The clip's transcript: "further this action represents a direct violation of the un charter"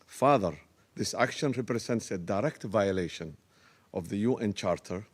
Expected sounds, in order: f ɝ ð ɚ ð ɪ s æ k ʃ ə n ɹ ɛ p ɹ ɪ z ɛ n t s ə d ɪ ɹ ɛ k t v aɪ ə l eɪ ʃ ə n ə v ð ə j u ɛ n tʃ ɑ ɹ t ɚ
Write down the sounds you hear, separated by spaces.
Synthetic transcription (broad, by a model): f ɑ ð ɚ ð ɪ s æ k ʃ ə n ɹ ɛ p ɹ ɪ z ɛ n t s ə d ɪ ɹ ɛ k t v aɪ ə l eɪ ʃ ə n ə v ð ə j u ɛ n tʃ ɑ ɹ t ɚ